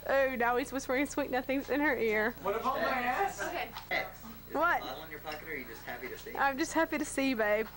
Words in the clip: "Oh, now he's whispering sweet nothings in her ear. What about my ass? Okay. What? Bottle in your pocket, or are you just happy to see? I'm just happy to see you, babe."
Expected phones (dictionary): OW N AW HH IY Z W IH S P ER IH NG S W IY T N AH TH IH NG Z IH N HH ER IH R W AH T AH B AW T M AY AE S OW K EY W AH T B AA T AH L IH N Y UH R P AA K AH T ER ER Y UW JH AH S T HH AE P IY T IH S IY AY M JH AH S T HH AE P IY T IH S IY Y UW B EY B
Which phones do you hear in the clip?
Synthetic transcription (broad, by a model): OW N AW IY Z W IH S B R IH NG S W IY T N AH TH IH NG Z IH N ER IH R W AH T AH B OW EY W AH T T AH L IH N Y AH R P AA K AH T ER ER Y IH JH AH S T HH AE P IY T IH S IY AY M JH AH S T HH AE P IY T IH S IY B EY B